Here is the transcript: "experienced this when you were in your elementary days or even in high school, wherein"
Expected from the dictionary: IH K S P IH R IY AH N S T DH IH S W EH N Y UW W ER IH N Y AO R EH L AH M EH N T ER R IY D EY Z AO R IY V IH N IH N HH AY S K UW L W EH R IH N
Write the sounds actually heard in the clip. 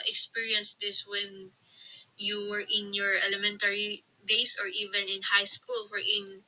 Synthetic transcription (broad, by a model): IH K S P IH R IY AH N S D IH S W EH N Y UW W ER IH N Y AO R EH L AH M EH N T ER R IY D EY S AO R IY V IH N IH N HH AY S K UW L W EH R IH N